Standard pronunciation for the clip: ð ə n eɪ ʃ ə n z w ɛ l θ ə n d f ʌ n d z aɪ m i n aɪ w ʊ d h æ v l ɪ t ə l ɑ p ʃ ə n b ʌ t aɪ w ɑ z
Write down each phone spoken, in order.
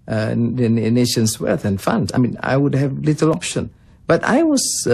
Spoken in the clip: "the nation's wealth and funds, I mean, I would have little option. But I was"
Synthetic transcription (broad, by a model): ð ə n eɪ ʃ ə n s w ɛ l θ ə n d f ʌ n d aɪ m i n aɪ w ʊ d h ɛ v l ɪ t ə l ɑ p ʃ ə n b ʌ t aɪ w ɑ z